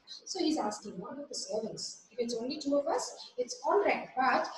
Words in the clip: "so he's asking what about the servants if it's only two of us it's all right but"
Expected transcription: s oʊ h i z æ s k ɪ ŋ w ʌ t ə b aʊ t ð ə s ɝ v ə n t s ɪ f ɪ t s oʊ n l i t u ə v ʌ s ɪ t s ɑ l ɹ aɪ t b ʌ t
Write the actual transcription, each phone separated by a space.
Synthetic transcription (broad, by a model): s oʊ h i z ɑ s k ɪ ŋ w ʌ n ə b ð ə s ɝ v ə n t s ɪ f ɪ t s oʊ n l i t u ə v ʌ s ɪ t s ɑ n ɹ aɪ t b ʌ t